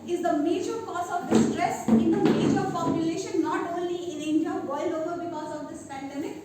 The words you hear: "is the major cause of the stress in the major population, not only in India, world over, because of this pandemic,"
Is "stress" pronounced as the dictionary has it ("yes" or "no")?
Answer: yes